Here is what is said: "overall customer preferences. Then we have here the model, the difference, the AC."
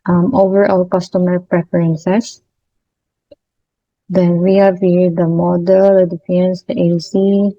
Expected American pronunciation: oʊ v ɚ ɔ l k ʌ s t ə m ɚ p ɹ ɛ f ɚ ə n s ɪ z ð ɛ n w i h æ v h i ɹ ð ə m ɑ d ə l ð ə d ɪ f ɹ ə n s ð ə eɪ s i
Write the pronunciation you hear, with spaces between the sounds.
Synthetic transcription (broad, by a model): oʊ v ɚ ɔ l k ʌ s t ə m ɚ p ɹ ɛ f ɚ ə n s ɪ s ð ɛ n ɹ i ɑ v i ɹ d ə m ɑ d ə l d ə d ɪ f ə n s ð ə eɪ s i